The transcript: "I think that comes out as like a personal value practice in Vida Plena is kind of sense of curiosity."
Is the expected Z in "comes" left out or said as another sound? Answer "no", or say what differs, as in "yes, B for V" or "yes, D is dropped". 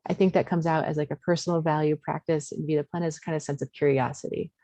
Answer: no